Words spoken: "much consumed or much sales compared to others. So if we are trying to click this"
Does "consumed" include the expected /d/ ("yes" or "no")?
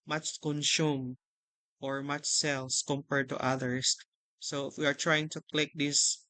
no